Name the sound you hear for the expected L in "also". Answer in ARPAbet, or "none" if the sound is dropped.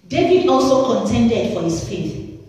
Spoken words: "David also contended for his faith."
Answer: L